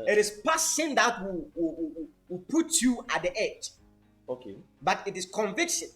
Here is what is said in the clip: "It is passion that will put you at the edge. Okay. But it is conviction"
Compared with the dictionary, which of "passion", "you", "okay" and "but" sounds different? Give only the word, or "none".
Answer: passion